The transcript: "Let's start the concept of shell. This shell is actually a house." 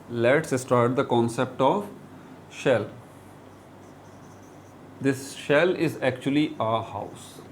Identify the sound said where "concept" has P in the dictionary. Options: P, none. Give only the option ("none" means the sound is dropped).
P